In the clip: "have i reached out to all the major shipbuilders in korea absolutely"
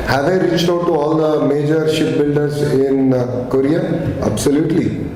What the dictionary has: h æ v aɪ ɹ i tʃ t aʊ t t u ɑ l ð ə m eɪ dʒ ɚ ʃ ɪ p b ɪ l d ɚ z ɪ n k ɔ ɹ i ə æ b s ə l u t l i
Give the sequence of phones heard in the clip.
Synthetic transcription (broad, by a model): h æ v aɪ ɹ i s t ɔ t t u ɑ l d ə m eɪ dʒ ɚ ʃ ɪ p b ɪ l d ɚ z ɪ n k ɔ ɹ i ə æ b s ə l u t l i